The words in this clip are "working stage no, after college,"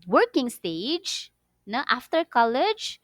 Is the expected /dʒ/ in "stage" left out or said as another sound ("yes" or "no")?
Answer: no